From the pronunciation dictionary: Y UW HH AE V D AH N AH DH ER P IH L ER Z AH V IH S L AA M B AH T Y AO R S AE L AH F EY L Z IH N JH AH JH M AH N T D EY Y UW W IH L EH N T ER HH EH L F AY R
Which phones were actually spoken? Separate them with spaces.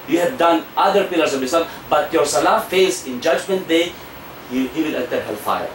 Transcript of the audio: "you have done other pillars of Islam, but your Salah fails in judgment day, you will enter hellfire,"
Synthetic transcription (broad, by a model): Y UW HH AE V D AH N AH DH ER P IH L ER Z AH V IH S AA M B AH T Y AO R S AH L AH F EY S IH N JH AH JH M AH N T D EY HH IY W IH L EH T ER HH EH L F AY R